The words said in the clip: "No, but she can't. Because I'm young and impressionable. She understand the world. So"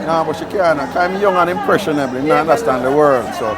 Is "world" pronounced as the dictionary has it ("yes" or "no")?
yes